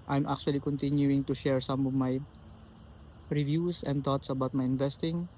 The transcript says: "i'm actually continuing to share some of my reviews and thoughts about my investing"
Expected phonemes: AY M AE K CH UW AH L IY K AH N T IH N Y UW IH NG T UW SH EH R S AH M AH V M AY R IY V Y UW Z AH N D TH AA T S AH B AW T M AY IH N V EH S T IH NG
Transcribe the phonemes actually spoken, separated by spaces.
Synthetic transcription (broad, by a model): AY M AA K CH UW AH L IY K AH N T IH N Y UW IH NG T UW SH EH R S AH M AH V M AY R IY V Y UW S AH N D T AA T S AH B AW T M AY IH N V EH S T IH NG